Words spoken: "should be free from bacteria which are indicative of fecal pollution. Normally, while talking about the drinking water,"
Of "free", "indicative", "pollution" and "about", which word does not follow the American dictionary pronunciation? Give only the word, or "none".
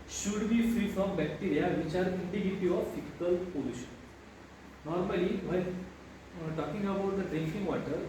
indicative